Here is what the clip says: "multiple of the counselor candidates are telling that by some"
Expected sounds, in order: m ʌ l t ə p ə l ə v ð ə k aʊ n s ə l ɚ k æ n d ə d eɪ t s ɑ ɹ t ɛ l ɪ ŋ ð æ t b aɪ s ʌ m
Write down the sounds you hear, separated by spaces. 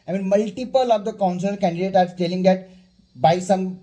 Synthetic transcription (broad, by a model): m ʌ l t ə p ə l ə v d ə k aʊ n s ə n k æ n d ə d eɪ t ɑ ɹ t ɛ l ɪ ŋ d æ t b aɪ s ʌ m